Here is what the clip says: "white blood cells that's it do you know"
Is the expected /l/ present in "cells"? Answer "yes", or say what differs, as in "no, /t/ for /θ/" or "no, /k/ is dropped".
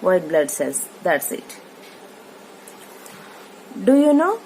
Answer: no, /l/ is dropped